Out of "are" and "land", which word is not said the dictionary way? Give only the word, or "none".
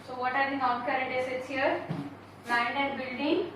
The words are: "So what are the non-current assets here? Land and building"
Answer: land